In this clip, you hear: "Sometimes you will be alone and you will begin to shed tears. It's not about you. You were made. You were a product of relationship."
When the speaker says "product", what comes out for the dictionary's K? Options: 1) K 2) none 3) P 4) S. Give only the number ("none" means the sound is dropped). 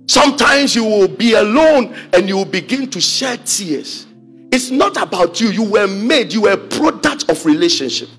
1